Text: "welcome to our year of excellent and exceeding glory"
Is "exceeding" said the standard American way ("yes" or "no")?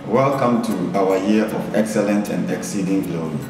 yes